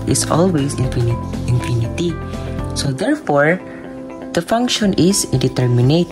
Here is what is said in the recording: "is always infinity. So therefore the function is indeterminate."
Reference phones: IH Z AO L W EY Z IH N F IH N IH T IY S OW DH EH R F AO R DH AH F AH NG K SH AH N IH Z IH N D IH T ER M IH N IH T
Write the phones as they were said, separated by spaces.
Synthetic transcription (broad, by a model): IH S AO L W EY S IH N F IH N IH T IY S OW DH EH R F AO R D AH F AH NG K SH AH N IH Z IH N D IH T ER M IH N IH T